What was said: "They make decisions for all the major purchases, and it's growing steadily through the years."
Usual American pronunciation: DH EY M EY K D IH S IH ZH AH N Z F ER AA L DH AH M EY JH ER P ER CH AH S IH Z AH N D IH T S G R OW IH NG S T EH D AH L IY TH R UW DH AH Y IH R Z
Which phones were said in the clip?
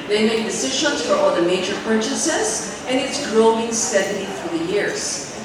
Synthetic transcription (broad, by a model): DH EY M EY K D IH S IH ZH AH N Z F ER AA L DH AH M EY JH ER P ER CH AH S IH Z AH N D IH T S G R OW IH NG S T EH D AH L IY F R DH AH Y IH R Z